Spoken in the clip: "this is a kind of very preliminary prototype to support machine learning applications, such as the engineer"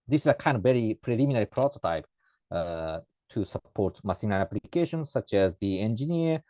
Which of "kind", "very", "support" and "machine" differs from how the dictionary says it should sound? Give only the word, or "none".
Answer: machine